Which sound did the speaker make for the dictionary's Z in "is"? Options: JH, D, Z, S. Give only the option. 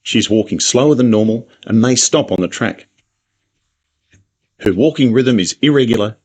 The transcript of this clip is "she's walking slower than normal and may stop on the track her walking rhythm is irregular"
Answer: Z